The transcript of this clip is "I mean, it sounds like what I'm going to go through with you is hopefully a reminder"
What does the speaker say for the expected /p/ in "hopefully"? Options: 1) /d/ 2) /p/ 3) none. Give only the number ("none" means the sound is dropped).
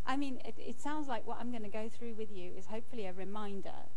2